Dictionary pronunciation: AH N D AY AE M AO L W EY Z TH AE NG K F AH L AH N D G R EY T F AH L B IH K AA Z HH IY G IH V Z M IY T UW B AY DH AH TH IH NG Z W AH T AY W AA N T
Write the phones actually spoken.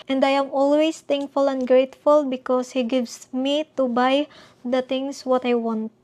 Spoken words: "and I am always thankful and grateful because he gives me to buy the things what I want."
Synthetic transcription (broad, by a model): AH N D AY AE M AO L W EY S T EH NG K F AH L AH N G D R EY T F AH L B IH K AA S HH IY G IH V S M IY T UW B AY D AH T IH NG S W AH T AY W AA N T